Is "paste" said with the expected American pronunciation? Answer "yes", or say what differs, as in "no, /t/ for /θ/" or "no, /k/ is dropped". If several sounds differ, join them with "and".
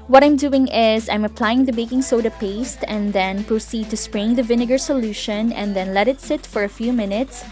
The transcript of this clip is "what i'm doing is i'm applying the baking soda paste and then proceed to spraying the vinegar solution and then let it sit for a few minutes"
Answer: yes